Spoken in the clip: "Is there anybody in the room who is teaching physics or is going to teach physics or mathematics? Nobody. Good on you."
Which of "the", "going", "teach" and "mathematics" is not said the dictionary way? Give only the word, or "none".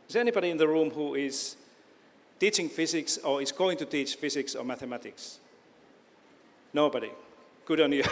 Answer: none